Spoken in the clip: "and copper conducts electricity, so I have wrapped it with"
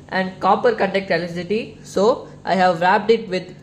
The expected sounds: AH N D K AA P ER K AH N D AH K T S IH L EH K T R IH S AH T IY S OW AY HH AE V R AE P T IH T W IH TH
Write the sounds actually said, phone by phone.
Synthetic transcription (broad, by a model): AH N D K AA P ER K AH N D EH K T IH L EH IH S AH T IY S OW AY HH AE V R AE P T IH T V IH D